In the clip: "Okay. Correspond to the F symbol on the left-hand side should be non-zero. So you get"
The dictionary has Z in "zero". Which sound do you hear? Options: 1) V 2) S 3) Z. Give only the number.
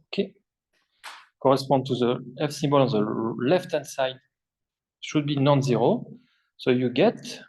3